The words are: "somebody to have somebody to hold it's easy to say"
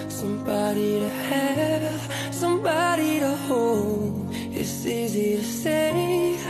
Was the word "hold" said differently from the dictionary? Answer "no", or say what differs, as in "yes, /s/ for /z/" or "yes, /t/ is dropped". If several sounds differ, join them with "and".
yes, /d/ is dropped